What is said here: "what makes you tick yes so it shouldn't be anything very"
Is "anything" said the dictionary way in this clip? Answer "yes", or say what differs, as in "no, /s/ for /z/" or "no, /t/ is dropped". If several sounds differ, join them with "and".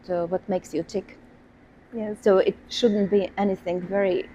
yes